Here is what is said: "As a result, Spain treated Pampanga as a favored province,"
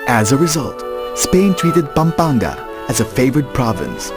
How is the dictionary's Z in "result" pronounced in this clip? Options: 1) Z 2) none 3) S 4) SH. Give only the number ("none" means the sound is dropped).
1